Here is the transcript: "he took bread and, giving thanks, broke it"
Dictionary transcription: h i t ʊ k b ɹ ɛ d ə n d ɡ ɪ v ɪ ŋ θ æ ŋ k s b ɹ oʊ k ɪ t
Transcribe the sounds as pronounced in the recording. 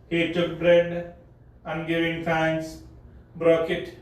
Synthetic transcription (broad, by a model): h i t ʊ k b ɹ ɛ d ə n ɡ ɪ v ɪ ŋ f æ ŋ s b ɹ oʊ k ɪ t